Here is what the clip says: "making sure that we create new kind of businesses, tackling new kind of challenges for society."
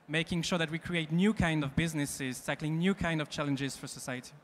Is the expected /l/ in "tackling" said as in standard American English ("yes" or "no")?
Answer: yes